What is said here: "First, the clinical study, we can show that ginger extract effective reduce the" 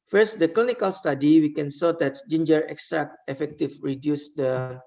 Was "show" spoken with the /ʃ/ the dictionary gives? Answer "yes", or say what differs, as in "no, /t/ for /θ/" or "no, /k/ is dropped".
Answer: no, /s/ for /ʃ/